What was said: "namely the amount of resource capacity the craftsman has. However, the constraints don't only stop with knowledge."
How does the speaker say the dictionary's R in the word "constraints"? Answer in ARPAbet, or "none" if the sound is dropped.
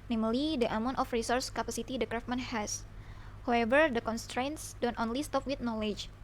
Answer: R